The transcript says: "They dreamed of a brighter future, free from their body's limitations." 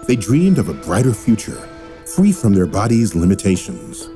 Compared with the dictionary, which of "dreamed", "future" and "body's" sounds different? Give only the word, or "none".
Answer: none